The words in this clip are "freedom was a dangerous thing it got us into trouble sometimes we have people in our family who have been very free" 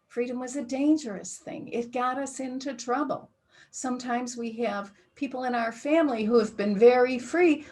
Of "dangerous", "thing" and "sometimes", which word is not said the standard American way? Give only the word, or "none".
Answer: none